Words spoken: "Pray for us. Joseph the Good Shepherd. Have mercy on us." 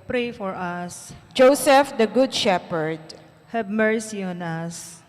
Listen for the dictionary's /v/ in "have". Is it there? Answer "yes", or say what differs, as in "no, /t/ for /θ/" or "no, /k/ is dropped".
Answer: no, /b/ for /v/